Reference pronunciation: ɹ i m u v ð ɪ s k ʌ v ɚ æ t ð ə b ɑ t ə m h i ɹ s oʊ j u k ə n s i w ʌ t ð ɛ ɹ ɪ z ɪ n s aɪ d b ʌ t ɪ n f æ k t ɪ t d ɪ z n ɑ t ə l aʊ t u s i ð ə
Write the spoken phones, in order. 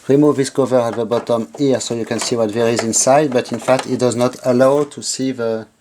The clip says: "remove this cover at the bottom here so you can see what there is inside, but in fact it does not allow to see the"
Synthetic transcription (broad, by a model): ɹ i m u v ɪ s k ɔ v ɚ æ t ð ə b ɑ t ə m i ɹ s oʊ j u k ə n s i w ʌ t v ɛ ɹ ɪ z ɪ n s aɪ d b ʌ t ɪ n f æ k t ɪ t d ɪ z n ɑ t ə l aʊ t u s i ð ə